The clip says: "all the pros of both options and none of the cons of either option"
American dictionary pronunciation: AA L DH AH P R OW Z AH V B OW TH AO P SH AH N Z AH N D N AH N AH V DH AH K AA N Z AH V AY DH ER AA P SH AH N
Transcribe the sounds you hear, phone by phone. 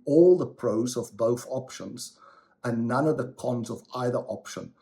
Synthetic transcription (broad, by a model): AA L DH AH P R OW Z AH V B OW TH AO P SH AH N Z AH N N AH N AH V DH AH K AA N Z AH V AY DH ER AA P SH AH N